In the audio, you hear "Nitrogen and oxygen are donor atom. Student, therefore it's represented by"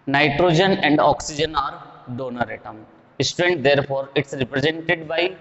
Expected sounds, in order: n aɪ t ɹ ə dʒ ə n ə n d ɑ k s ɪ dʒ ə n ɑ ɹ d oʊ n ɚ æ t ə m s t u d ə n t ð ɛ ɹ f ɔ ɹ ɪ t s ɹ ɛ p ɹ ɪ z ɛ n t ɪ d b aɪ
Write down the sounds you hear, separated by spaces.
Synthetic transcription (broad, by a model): n aɪ t ɹ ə dʒ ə n ə n d ɑ k s ɪ dʒ ə n ɑ ɹ d oʊ n ɚ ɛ t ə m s t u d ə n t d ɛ ɹ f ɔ ɹ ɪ t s ɹ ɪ p ɹ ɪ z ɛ n t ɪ d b aɪ